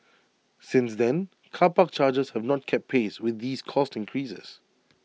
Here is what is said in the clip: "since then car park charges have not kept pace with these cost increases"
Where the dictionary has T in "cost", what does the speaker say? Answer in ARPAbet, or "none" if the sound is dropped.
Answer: T